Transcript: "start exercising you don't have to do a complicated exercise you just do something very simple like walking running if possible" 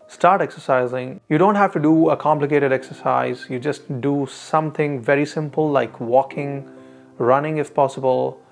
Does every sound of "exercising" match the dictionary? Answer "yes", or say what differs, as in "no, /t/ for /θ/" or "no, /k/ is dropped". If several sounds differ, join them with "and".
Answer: yes